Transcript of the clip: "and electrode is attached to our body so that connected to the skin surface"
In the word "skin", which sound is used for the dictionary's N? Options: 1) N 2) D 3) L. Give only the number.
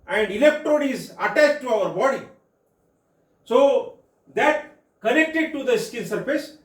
3